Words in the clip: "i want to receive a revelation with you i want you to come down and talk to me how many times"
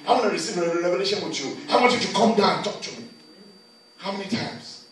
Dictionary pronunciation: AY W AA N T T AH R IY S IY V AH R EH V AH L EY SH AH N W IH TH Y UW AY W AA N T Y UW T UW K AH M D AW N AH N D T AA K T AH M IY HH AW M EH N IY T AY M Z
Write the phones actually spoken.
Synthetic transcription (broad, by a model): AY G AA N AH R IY S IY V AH R EH V AH L EY SH AH N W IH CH Y UW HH AA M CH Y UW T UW K AH M D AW AH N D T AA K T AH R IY HH AW M EH N IY T AY M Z